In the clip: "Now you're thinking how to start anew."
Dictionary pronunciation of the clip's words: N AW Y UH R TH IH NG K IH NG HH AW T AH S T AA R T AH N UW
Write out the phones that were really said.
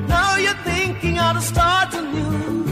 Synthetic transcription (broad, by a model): N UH Y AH R TH IH NG K IH NG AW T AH S T AA R T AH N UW